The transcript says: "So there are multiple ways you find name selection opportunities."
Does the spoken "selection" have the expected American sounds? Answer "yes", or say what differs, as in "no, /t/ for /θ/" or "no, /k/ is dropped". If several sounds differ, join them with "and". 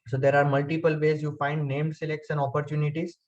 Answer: no, /s/ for /ʃ/